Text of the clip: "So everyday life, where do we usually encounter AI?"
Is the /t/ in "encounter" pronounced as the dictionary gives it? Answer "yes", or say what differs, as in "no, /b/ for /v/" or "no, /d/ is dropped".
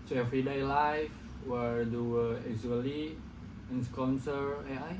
no, /s/ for /t/